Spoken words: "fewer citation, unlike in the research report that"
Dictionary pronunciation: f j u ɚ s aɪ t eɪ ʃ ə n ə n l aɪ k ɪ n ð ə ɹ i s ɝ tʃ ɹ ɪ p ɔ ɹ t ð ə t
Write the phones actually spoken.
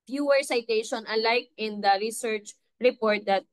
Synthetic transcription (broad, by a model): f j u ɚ s aɪ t eɪ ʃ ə n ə l aɪ k ɪ n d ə ɹ i s ɝ tʃ ɹ ɪ p ɔ ɹ t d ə t